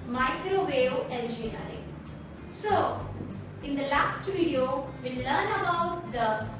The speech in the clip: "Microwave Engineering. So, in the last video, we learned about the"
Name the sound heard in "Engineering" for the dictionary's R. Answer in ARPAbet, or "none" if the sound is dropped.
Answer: none